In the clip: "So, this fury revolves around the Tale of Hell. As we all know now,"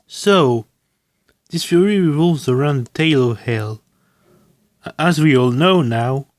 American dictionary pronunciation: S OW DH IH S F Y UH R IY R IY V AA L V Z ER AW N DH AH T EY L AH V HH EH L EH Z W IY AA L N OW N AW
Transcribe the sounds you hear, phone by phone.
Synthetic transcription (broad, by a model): S OW DH IH S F Y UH R IY R IY V AA L V Z ER AW N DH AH T EY L AH V HH EH L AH Z W IY AA L N OW N AW